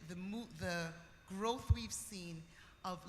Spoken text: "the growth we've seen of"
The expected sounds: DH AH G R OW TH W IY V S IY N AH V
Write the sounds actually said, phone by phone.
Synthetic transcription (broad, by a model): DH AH G R OW TH W IY V S IY N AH V